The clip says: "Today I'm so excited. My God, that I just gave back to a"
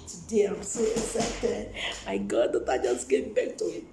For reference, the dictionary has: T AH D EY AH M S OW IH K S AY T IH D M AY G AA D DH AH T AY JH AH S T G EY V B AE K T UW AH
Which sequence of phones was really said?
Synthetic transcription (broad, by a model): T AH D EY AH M S OW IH S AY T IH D M AY G AA D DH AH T AY JH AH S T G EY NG B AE K T UW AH